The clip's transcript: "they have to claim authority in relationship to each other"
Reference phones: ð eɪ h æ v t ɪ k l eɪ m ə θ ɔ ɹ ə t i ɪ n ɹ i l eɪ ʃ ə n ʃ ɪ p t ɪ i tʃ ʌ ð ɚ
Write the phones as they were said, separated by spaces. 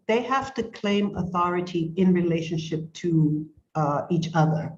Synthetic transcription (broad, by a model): ð eɪ h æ f t ɪ k l eɪ m ə θ ɔ ɹ ə t i ɪ n ɹ i l eɪ ʃ ə n ʃ ɪ p t ɪ i tʃ ʌ ð ɚ